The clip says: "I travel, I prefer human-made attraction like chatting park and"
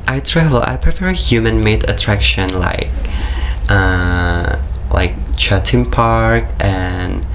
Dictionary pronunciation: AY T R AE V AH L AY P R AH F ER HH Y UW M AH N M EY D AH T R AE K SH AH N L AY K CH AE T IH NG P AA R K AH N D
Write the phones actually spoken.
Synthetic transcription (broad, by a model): AY T R AE V AH L AY P R AH F ER HH Y UW M AH N M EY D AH T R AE K SH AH N L AY K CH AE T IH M P AA R K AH N